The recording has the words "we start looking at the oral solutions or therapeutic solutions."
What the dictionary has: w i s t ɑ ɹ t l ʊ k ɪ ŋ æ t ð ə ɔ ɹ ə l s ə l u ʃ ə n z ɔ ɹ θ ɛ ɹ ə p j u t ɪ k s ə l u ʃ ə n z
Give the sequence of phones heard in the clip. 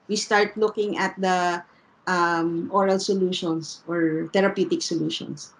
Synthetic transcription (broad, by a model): w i s t ɑ ɹ t l ʊ k ɪ ŋ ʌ t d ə ɔ ɹ ə l s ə l u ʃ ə n s ɔ ɹ t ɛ ɹ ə p j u t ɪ k s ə l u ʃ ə n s